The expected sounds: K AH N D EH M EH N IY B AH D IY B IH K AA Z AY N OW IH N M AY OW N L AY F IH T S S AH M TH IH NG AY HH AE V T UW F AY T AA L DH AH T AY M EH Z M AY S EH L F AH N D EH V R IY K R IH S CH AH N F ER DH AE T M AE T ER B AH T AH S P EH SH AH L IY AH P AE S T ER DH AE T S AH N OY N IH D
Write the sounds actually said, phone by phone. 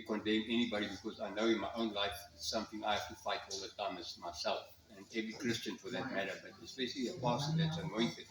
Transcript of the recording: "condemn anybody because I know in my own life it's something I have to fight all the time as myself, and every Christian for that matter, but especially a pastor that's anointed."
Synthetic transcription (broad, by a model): K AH N D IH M EH N IY B AH D IY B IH K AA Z AY N OW IH N M AY OW N L AY F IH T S S AH M TH IH NG AY HH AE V T UW F AY T AA L DH AH T AY M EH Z M AY S EH L F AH N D EH V R IY K R IH S CH AH N F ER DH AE T M AE T ER B AH T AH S B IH S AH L IY AH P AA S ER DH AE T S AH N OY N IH